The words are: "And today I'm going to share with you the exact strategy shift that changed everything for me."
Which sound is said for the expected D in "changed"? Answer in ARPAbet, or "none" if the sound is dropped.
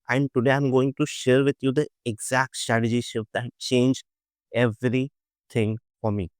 none